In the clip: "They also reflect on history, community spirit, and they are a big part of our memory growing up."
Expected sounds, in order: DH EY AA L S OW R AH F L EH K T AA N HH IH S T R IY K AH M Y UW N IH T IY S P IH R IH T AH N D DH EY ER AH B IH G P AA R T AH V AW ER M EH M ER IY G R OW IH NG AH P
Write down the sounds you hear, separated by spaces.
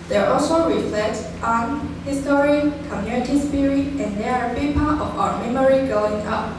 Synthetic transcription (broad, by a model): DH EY AA L S OW R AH F L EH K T AA N HH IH S T R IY K AH M Y UW N IH T IY S P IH R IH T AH N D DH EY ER AH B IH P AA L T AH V AW ER M EH M ER IY G OW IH NG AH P